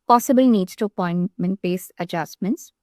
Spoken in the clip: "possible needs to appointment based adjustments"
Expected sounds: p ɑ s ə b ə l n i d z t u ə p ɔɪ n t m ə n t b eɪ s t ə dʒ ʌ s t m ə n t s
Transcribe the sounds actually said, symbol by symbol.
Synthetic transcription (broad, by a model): p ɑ s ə b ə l n i d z t u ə p ɔɪ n m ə n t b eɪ s ə dʒ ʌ s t m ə n t s